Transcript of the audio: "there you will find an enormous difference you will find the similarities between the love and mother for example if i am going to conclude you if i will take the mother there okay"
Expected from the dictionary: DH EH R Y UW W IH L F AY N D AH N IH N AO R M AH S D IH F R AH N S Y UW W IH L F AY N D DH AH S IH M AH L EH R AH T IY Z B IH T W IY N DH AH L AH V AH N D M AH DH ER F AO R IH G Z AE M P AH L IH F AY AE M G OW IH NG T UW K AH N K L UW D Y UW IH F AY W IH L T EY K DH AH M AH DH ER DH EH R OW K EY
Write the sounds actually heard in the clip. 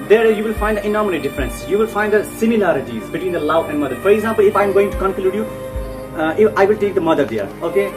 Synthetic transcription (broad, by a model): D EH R Y UW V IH L F AY N D AH N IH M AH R AH D IH F R AH N S Y UW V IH L F AY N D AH S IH M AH L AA R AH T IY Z B IH T W IY N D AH L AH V AH N D M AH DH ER F AO R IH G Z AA M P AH L IH F AY M G OW IH NG T UW K AH N K L UW D Y UW IH F AY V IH L T EY K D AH M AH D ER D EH R OW K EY